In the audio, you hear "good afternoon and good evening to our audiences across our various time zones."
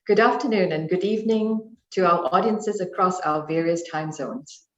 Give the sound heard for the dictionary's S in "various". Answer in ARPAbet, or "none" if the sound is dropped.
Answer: S